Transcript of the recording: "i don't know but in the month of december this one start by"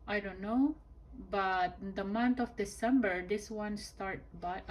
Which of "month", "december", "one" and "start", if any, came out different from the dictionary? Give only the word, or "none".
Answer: month